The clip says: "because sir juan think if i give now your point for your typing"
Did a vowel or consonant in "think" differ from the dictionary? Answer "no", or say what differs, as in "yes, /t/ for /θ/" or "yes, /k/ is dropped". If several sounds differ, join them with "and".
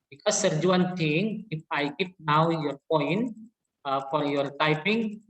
yes, /t/ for /θ/ and /k/ is dropped